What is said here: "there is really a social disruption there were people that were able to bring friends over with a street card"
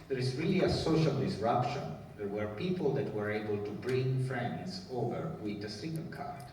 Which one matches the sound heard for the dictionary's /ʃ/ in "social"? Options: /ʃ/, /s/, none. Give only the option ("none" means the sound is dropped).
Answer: /ʃ/